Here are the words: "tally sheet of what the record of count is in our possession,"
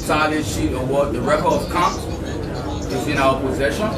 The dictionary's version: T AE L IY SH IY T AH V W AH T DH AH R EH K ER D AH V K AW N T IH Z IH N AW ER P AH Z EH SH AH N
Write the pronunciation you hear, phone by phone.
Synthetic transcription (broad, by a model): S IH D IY SH IY T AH W AH T DH AH R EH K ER AH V K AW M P IH Z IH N AW ER P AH Z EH SH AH N